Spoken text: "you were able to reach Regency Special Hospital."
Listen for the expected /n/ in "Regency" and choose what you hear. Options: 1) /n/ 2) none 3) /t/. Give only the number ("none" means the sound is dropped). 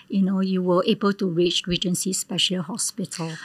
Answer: 1